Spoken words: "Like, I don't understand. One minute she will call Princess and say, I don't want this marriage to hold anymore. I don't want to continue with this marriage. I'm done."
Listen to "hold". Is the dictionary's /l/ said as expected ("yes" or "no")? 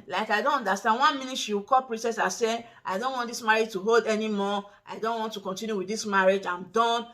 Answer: yes